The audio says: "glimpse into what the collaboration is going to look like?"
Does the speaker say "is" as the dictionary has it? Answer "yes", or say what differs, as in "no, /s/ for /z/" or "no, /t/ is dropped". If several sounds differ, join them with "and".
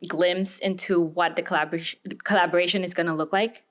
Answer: yes